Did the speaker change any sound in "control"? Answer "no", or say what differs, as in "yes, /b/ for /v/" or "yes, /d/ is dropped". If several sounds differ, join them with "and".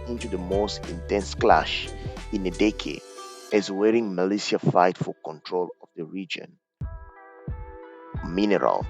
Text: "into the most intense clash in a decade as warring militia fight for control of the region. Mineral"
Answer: no